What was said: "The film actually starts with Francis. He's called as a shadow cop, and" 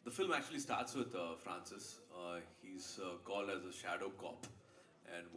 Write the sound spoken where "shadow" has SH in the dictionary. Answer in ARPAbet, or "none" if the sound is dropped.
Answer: SH